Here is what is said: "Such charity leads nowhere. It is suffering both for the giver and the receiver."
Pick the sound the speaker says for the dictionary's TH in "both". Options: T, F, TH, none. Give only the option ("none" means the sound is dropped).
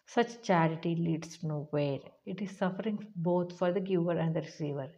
T